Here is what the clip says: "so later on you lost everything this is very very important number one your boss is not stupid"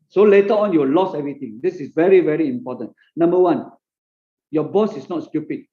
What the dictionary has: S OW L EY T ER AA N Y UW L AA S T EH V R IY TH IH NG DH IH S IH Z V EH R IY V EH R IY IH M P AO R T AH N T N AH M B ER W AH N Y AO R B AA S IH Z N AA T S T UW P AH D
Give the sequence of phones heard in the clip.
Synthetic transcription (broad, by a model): S OW L EY T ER AA N Y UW L AA S EH V R IY T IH NG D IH S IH S V EH R IY V EH R IY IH M P AO T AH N N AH M B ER W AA N Y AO B AA S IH S N AA T S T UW P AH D